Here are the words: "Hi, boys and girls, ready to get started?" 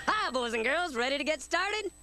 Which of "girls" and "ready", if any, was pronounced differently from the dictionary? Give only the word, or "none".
none